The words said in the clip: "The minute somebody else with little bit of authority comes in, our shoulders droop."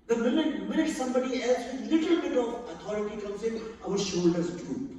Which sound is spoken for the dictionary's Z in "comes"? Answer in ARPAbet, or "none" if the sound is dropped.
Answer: S